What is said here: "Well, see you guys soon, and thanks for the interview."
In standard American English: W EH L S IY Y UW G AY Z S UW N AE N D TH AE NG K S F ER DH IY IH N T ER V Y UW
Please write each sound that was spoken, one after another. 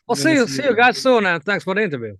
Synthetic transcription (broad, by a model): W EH L S IY Y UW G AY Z S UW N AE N TH AE NG K S F ER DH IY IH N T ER V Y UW